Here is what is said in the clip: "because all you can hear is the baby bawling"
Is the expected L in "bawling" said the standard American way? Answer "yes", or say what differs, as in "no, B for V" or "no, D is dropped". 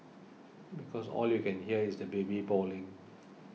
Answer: yes